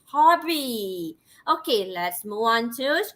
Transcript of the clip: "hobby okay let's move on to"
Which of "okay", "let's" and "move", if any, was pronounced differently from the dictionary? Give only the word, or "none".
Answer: move